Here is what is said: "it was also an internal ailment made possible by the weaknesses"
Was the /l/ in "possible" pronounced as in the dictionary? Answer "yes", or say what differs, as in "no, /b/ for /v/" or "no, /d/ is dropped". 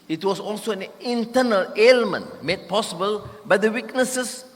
yes